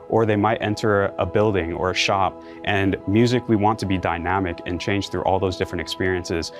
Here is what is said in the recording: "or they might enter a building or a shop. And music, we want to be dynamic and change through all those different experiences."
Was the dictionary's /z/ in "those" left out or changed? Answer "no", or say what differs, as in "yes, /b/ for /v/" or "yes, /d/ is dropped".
no